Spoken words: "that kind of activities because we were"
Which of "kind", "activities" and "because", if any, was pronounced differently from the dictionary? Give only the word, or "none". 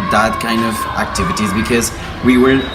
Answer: none